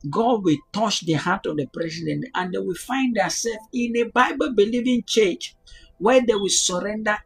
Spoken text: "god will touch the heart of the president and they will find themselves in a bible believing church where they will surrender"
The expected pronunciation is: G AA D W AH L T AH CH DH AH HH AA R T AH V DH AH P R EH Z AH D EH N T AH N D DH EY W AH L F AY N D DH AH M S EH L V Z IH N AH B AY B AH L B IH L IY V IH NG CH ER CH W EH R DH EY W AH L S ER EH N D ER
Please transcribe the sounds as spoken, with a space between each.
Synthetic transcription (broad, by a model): G AA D W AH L T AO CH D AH HH AA T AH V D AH P R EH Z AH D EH N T AH N D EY W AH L F AY N D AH S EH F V IH N AH B AY B AH L B IH L IY V IH NG CH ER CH W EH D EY W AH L S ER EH N D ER